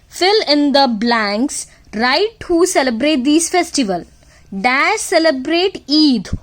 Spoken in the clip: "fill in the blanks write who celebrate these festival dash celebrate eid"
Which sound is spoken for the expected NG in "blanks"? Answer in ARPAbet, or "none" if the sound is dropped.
NG